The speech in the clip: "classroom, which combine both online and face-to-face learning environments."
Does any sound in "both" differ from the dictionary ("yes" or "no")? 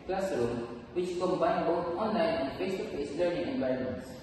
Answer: yes